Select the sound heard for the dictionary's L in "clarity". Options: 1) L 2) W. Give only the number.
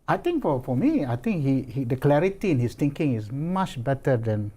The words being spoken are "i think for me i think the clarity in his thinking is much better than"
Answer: 1